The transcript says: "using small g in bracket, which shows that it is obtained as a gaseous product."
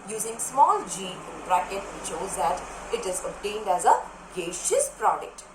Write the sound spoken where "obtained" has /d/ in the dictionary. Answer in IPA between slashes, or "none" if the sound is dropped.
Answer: /d/